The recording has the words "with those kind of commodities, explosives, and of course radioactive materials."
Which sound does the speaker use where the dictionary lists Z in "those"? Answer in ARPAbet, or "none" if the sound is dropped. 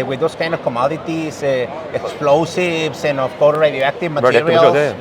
S